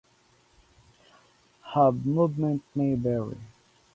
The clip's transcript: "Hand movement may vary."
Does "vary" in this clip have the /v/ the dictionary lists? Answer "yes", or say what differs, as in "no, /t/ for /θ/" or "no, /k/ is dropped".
no, /b/ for /v/